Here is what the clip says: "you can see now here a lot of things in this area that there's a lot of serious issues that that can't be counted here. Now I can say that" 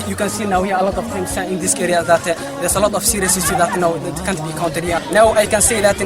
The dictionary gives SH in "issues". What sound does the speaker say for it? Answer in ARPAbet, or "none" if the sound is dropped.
S